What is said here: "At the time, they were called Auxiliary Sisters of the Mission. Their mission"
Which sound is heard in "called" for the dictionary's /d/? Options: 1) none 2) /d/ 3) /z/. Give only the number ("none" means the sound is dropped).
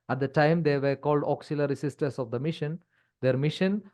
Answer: 2